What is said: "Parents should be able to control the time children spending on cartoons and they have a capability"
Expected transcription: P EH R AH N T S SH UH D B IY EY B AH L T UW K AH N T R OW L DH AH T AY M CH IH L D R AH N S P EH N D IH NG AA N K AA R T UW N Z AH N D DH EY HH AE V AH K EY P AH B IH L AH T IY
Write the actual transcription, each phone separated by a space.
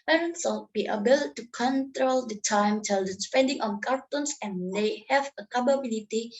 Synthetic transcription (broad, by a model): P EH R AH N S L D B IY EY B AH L T UW K AH N T R OW L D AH T AY M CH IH L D AH S P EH N D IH NG AA N K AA R T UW N S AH N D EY HH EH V AH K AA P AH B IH L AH T IY